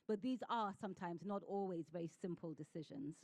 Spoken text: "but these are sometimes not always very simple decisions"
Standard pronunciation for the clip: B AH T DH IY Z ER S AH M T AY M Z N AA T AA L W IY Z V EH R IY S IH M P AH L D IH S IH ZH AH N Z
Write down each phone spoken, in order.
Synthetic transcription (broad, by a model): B AH T DH IY Z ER S AH M T AY M Z N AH T AA L W IY Z V EH R IY S IH M P AH L D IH S IH ZH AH N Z